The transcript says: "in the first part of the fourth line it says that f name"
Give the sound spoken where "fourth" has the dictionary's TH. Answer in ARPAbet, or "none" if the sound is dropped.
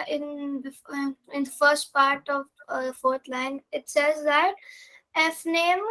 T